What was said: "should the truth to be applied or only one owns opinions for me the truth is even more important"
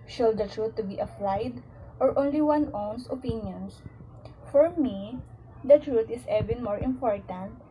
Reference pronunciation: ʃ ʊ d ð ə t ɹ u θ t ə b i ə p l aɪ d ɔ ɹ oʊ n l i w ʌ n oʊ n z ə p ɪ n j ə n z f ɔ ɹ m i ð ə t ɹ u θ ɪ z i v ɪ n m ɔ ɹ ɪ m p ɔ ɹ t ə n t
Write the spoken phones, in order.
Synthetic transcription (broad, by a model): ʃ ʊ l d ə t ɹ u t ə b i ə f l aɪ d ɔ ɹ oʊ n l i w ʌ n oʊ n s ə p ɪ n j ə n s f ɔ ɹ m i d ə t ɹ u t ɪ s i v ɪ n m ɔ ɹ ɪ m p ɔ ɹ t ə n t